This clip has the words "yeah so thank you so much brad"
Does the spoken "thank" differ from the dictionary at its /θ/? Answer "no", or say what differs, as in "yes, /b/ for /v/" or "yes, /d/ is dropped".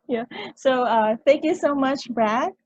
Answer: no